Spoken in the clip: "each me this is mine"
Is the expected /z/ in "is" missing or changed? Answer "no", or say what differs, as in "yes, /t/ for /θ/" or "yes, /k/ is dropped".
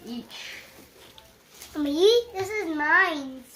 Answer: no